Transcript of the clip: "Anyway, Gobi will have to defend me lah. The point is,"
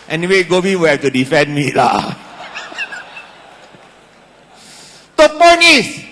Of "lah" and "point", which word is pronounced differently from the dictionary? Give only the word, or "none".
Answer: point